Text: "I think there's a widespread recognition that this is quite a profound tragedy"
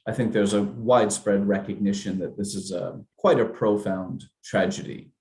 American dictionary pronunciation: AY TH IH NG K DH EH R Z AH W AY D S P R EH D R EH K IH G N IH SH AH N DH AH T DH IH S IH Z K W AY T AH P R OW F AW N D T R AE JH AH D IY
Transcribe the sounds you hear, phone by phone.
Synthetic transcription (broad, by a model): AY TH IH NG K DH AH R Z AH W AY D S P R EH D R EH K IH G N IH SH AH N DH AH T DH IH S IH Z K W AY T AH P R OW F AW N T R AE JH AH D IY